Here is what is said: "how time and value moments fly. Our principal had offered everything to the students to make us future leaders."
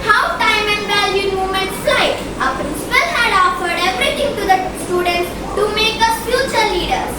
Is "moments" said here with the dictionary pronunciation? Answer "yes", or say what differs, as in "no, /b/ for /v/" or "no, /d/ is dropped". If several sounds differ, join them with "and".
no, /s/ is dropped